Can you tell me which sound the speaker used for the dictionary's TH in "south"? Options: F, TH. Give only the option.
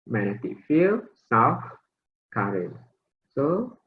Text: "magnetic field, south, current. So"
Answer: F